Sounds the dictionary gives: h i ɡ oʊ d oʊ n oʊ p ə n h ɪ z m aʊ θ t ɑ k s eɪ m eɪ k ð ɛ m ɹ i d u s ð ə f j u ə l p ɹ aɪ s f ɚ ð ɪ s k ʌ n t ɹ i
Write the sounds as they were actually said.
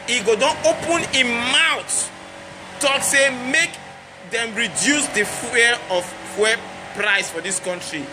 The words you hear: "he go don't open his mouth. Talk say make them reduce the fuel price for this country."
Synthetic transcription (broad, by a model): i ɡ oʊ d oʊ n oʊ p ə n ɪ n m aʊ t t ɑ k s eɪ m eɪ k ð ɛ m ɹ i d u s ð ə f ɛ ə w p ɹ aɪ s f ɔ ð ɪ s k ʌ n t ɹ i